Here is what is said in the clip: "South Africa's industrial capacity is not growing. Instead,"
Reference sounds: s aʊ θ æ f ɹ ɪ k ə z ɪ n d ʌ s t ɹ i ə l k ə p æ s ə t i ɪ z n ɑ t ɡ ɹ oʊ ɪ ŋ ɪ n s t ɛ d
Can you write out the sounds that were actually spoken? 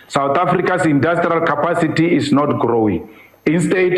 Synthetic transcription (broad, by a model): s aʊ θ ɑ f ɹ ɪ k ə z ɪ n d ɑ s t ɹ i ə l k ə p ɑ s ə t i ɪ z n ɑ t ɡ ɹ oʊ ɪ ŋ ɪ n s t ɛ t